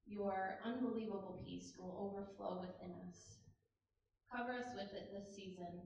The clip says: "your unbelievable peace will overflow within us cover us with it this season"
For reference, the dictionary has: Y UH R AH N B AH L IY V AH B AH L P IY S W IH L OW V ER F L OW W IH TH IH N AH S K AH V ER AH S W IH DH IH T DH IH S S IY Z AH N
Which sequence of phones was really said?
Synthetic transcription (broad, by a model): Y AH R AH N B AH L IY V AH B L P IY S W IH L OW V ER F L OW W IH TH IH N AH S K AH V ER AH S W IH DH IH T DH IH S S IY Z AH N